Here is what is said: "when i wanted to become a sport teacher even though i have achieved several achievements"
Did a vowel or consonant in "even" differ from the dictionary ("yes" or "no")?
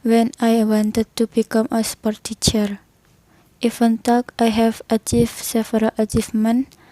yes